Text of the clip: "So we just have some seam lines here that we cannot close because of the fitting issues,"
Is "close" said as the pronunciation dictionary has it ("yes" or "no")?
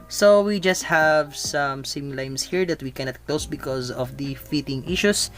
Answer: yes